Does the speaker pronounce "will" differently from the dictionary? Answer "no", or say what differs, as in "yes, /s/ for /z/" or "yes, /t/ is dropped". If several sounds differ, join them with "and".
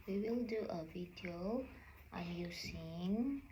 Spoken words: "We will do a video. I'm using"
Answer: no